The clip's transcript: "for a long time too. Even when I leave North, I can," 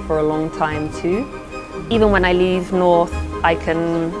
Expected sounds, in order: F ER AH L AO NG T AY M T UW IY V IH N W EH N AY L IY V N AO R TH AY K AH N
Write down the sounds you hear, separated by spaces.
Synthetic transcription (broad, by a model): F ER AH L AO NG T AY M T UW IY V IH N W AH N AY L IY V N AO R TH AY K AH N